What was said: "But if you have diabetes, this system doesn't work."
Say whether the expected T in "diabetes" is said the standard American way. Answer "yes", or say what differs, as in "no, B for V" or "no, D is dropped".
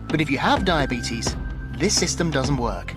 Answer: yes